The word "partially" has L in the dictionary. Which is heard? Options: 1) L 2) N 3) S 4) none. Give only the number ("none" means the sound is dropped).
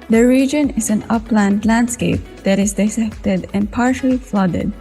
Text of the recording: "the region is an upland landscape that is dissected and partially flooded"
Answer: 1